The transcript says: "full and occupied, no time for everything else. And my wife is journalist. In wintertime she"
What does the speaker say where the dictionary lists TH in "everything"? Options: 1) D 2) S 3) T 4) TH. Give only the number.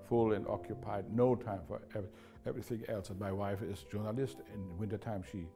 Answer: 4